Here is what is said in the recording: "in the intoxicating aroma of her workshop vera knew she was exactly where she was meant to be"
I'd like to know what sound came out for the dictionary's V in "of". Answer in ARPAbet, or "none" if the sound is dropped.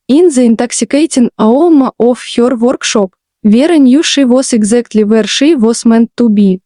F